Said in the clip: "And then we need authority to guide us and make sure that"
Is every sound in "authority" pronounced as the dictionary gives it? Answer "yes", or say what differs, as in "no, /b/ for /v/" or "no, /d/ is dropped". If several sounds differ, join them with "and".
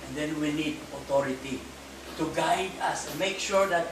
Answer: no, /t/ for /θ/